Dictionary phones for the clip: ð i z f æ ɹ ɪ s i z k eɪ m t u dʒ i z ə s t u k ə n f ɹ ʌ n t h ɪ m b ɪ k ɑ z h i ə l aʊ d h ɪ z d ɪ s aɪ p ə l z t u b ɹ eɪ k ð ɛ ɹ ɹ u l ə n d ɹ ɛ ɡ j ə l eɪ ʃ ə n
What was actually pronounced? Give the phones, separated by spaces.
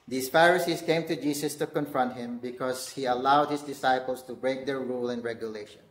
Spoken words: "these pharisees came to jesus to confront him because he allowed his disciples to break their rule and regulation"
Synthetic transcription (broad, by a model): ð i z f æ ɹ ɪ s i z k eɪ m t u dʒ i s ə s t u k ə n f ɹ ʌ n t h ɪ m b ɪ k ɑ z h i ə l aʊ d h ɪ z d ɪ s aɪ p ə l s t u b ɹ eɪ k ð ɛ ɹ ɹ u l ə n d ɹ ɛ ɡ j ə l eɪ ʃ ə n